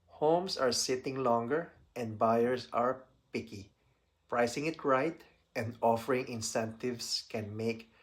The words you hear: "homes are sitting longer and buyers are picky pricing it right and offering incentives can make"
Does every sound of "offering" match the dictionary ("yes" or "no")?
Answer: yes